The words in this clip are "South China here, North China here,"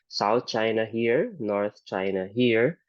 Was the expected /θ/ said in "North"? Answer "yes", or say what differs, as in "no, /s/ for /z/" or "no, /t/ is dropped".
no, /t/ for /θ/